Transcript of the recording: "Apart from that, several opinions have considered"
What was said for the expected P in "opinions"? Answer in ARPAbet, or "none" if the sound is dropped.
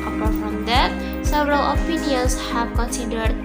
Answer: F